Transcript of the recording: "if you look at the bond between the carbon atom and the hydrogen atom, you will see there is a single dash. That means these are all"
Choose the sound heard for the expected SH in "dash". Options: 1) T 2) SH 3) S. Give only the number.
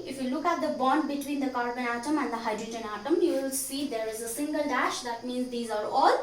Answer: 2